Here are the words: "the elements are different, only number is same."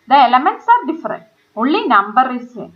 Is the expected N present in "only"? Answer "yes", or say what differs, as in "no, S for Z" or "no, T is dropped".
no, N is dropped